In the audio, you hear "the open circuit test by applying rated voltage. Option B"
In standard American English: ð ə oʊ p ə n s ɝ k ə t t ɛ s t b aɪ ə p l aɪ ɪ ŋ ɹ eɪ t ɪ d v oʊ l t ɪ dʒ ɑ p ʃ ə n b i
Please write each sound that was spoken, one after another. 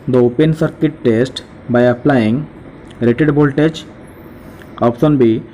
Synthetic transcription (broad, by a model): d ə oʊ p ə n s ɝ k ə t t ɛ s t b aɪ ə p l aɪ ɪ ŋ ɹ eɪ t ɪ d b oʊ l t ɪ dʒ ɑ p s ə n b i